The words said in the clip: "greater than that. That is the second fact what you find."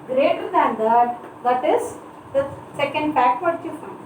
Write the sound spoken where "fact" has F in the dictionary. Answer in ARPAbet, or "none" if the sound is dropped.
P